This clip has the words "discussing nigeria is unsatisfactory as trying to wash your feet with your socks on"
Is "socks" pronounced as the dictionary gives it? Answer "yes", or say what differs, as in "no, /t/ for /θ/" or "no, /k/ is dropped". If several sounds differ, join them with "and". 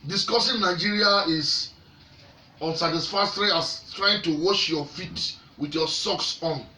yes